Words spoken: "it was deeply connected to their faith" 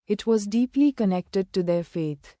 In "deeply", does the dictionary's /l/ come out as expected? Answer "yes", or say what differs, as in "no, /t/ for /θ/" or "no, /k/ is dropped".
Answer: yes